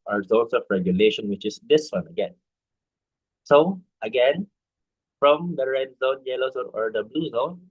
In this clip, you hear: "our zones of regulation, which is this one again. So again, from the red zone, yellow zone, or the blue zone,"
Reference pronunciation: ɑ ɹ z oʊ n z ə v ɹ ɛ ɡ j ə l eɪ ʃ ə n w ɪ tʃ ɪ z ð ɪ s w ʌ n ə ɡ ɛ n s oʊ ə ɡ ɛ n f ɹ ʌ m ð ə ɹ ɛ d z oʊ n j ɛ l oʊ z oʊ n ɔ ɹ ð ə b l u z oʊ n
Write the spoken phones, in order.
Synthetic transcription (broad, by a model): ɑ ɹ z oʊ n s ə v ɹ ɛ ɡ j ə l eɪ ʃ ə n w ɪ tʃ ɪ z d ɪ s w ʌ n ə ɡ ɛ n s oʊ ə ɡ ɛ n f ɹ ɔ m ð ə ɹ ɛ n z oʊ n j ɛ l oʊ z oʊ n ɔ ɹ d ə b l u z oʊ n